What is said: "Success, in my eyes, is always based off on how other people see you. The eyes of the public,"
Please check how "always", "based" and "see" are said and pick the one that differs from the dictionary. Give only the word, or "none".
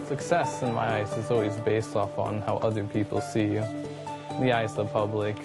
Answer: none